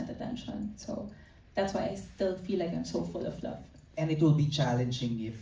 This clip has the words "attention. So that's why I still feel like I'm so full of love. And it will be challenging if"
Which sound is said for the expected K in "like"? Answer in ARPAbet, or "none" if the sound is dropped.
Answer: K